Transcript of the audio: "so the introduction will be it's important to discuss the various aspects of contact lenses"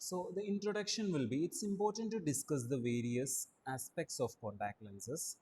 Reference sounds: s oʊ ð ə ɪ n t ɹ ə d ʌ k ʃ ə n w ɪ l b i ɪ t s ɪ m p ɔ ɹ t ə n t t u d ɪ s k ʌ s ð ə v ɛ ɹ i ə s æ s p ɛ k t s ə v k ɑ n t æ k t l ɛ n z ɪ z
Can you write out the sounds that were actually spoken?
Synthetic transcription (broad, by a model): s oʊ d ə ɪ n t ɹ ə d ʌ k ʃ ə n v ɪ l b i ɪ t s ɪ m p ɔ ɹ t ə n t t u d ɪ s k ʌ s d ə v ɛ ɹ i ə s æ s p ɛ k t s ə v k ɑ t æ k l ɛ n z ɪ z